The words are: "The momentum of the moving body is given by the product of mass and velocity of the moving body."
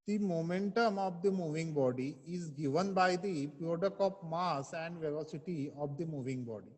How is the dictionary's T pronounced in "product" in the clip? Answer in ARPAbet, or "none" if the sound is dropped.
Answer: none